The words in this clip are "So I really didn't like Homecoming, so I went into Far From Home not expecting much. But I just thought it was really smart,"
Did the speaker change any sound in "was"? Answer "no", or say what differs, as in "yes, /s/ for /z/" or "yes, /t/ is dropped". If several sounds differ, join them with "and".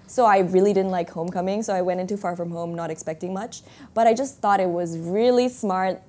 no